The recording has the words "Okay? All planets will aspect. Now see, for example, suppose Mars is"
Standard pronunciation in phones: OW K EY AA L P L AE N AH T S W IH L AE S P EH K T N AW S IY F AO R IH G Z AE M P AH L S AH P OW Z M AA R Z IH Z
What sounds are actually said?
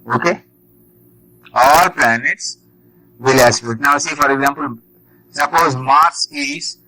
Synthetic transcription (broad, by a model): OW K EY AA L P L AE N AH T S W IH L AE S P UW T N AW S IY F AO R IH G Z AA M P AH L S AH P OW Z M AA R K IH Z